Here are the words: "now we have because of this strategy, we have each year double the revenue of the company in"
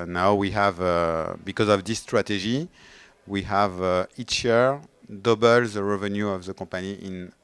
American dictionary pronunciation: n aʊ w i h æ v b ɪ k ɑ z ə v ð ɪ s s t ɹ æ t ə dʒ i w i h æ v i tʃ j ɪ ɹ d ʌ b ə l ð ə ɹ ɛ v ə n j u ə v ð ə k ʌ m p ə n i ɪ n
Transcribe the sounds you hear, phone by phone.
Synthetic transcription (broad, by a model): n aʊ w i h æ v b ɪ k ɑ z ə v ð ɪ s s t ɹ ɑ t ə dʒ i w i h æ v i tʃ j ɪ ɹ d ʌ b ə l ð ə ɹ ɛ v ə n j u ə v ð ə k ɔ p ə n i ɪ n